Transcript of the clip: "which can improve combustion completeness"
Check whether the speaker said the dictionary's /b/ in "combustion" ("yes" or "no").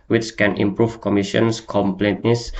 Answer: no